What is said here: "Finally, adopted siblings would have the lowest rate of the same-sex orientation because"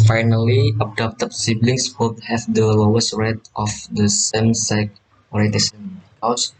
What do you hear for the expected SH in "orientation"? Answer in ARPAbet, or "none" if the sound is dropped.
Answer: S